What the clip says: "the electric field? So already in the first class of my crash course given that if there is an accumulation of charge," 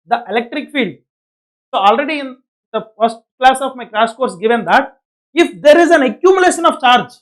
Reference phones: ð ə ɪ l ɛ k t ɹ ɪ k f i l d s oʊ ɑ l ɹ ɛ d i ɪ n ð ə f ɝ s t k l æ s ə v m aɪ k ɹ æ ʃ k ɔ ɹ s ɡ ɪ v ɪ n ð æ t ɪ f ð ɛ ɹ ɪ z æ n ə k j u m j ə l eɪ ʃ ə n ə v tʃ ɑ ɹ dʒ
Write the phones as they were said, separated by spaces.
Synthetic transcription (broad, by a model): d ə ɪ l ɛ k t ɹ ɪ k f i l d s oʊ ɑ l ɹ ɛ d i ɪ n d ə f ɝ s t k l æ s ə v m aɪ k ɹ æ s k ɔ ɹ s ɡ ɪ v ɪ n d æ t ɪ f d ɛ ɹ ɪ z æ n ə k j u m j ə l eɪ ʃ ə n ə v tʃ ɑ ɹ dʒ